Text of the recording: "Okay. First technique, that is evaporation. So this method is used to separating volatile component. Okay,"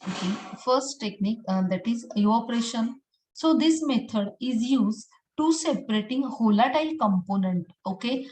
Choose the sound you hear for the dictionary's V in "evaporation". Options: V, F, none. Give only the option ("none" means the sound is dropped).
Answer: none